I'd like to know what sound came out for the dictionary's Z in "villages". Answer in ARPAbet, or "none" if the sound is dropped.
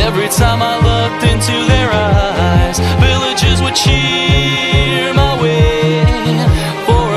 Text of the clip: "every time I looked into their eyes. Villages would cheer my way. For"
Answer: Z